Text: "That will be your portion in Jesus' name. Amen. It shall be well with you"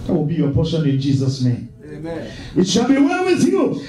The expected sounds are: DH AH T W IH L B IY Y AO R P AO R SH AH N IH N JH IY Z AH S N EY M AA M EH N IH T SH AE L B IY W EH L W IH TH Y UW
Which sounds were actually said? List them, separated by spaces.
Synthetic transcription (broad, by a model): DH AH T W IH L B IY Y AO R P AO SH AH N IH N JH IY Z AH S N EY AA M IH T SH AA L B IY W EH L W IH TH Y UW